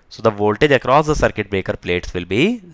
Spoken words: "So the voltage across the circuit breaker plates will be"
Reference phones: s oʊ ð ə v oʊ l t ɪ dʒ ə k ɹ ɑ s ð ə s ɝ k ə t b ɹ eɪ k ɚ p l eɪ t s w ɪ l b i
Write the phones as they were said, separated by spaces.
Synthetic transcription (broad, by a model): s oʊ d ə v oʊ l t ɪ dʒ ə k ɹ ɑ s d ə s ɝ k ə t b ɹ eɪ k ɚ p l eɪ t s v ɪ l b i